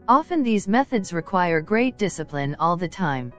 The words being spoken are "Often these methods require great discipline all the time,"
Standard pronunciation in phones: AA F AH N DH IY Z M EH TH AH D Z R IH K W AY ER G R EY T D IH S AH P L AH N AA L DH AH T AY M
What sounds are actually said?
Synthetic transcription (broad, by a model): AA F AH N DH IY Z M EH TH AH D Z R IH K W AY ER G R EY T D IH S AH P L AH N AA L DH AH T AY M